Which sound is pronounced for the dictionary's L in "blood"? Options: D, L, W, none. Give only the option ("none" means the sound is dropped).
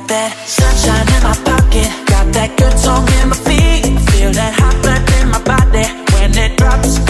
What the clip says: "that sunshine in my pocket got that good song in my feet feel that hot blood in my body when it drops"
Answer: none